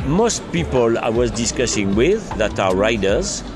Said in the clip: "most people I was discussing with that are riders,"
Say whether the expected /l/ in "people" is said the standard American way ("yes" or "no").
yes